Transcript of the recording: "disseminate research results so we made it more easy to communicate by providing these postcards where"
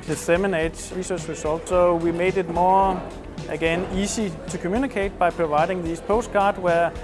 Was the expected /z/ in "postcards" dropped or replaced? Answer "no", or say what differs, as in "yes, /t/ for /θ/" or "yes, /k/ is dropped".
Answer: yes, /z/ is dropped